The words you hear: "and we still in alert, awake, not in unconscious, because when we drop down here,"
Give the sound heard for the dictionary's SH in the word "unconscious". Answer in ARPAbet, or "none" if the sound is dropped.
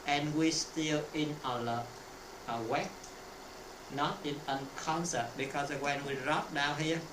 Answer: S